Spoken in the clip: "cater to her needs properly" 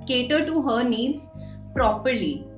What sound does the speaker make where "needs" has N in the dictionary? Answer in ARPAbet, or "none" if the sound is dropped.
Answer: N